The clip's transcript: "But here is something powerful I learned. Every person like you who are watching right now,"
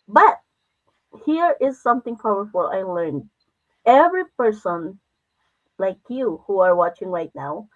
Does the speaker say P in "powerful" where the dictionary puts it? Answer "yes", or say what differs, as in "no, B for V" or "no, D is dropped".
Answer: no, F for P